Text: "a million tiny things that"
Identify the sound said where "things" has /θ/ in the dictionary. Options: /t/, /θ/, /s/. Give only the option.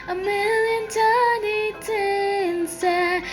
/t/